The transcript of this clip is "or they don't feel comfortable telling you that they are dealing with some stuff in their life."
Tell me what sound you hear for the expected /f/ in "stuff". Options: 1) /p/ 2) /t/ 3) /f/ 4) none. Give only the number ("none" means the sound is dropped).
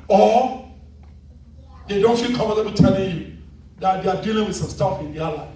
3